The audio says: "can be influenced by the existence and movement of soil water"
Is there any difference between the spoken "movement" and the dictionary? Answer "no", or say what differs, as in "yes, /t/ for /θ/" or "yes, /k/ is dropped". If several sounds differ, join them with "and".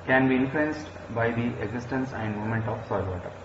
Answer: yes, /v/ is dropped